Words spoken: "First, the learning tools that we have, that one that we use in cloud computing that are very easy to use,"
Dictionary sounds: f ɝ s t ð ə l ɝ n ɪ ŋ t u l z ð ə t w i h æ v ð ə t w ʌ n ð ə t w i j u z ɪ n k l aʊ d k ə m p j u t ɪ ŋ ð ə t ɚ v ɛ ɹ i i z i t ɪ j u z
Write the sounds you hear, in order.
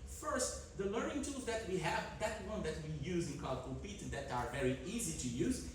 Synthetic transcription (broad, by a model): f ɝ s t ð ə l ɝ n ɪ ŋ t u z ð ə t w i h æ v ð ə t w ʌ n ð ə t w i j u z ɪ n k aʊ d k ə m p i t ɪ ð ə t ɚ v ɛ ɹ i i z i t ɪ j u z